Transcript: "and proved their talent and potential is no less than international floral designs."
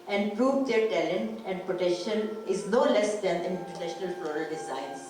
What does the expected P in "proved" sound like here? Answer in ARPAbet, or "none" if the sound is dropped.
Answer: P